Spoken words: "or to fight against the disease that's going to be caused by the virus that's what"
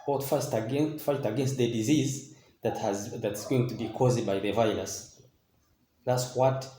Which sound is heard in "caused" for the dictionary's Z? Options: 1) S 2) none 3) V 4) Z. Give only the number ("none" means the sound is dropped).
4